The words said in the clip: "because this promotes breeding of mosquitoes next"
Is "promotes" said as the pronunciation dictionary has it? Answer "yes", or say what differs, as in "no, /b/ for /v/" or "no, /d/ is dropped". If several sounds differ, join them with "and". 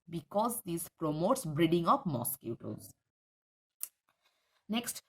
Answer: yes